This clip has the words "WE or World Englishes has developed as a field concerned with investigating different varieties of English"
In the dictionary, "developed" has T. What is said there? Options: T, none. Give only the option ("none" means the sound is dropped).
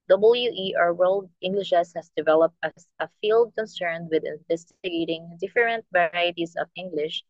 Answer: T